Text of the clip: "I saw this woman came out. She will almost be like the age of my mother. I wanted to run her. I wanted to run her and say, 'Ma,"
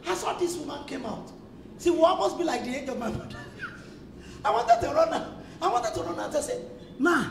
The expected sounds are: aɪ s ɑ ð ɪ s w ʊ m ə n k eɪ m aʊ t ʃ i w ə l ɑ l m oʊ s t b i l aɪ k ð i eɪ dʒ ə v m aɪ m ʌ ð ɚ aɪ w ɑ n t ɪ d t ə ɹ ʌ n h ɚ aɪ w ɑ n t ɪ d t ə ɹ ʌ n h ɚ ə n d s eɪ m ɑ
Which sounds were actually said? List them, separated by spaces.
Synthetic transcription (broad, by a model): aɪ s ɑ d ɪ s w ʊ m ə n k eɪ m aʊ t s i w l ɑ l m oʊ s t b i l aɪ k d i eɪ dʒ ə v m aɪ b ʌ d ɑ aɪ w ɑ n t ɪ d t ə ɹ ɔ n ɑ aɪ w ɑ n t ɪ d t ə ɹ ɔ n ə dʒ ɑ s eɪ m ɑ